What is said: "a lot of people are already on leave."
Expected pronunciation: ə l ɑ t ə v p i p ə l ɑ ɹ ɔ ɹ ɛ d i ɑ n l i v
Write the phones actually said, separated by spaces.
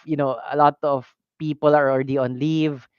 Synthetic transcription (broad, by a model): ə l ɑ t ə v p i p ə l ɑ ɹ ɔ ɹ ɛ d i ɑ n l i v